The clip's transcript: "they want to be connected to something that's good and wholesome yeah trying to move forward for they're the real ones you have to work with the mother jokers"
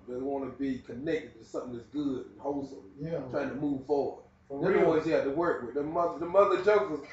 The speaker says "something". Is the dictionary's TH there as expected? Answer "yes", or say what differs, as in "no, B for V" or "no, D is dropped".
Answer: yes